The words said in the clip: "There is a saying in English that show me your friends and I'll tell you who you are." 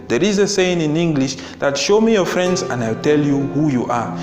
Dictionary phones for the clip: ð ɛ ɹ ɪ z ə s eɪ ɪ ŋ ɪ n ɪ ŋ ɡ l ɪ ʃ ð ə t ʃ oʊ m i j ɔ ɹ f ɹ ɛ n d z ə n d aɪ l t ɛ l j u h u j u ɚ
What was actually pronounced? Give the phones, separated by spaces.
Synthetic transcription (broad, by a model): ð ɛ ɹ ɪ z ə s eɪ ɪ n ɪ n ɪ ŋ ɡ l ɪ ʃ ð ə t ʃ oʊ m i j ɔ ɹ f ɹ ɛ n d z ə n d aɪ w t ɛ l j u h u j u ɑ